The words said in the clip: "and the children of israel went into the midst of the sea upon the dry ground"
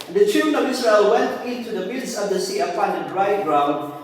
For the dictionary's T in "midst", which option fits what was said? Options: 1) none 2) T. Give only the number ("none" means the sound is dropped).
1